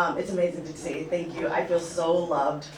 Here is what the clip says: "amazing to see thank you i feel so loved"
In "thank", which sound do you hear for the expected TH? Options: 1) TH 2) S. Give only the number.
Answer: 1